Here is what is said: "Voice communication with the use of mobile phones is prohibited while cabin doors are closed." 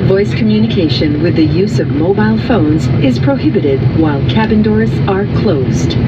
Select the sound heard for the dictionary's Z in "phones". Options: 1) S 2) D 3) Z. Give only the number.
3